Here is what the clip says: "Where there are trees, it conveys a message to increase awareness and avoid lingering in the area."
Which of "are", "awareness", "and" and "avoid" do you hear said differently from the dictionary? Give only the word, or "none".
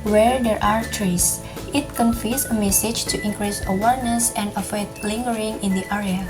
avoid